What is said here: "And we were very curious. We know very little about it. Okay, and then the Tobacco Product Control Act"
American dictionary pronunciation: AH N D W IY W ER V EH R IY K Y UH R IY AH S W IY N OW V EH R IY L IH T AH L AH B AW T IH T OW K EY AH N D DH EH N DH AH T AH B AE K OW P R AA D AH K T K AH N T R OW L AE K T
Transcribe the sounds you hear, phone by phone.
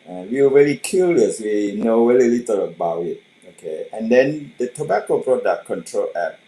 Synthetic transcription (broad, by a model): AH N W IY W ER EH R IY K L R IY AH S W IY N OW W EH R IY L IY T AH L AH B AW T IH T OW K EY AH N D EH N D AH T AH B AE K OW B R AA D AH T K AH N T R OW L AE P